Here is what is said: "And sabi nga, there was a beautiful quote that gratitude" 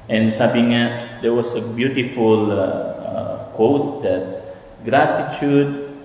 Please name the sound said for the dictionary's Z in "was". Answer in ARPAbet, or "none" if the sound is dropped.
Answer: S